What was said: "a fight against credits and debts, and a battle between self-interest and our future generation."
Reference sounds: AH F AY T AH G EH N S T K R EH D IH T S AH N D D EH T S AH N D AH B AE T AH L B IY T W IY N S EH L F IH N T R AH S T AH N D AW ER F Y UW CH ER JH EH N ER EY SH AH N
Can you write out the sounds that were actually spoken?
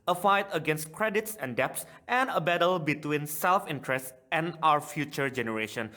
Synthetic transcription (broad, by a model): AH F AY T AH G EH N S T K R EH D IH T S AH N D D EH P S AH N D AH B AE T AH L B IY T W IY N S EH L F IH N T R AH S T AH N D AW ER F Y UW CH ER JH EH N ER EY SH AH N